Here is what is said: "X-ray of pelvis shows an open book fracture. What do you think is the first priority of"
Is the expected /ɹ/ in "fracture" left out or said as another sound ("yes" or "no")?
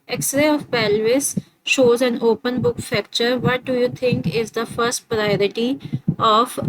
yes